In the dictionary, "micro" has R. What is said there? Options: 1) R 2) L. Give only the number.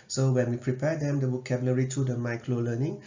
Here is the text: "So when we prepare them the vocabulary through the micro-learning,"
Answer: 2